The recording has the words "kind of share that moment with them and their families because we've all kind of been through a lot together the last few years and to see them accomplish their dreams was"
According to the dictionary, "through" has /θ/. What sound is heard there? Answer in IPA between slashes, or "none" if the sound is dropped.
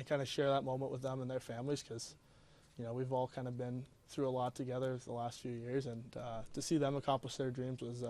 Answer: /θ/